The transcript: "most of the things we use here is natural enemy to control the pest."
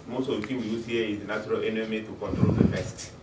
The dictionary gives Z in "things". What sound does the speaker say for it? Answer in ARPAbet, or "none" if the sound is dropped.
none